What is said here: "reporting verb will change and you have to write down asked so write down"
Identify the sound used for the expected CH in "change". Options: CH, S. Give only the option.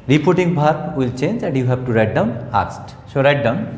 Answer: CH